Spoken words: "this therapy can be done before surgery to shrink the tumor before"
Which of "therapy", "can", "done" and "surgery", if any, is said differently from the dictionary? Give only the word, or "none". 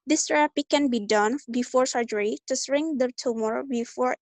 therapy